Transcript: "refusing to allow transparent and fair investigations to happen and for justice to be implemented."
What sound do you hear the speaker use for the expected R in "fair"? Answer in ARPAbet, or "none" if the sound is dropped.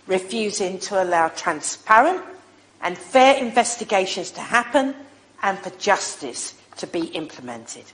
R